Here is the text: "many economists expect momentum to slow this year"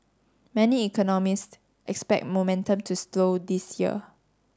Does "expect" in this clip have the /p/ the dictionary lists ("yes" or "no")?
yes